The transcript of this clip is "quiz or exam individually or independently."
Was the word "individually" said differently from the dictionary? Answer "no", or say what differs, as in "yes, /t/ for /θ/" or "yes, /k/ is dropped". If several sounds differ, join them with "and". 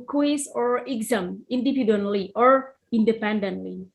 yes, /p/ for /v/